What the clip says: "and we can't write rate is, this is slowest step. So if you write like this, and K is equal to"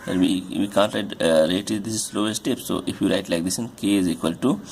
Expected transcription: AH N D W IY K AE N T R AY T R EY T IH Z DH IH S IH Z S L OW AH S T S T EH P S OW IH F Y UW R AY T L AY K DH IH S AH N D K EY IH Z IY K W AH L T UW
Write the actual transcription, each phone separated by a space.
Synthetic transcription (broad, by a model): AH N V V IY K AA N T R AY T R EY IH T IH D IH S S L OW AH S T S T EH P S OW IH F Y UW R AY T L AY K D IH S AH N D K EY IH Z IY K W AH L T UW